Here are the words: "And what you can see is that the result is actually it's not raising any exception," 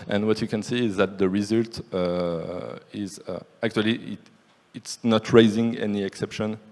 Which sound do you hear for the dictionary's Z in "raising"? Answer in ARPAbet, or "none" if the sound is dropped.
Z